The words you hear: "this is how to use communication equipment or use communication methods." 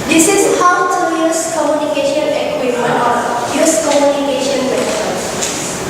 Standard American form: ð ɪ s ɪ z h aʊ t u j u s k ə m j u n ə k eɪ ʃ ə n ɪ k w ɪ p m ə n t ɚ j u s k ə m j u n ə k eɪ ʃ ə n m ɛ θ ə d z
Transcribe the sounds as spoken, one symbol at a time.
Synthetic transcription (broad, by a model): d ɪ s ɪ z h aʊ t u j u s k ə m j u n ə k eɪ ʃ ə n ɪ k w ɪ m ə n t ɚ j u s k ə m j u n ə k eɪ ʃ ə n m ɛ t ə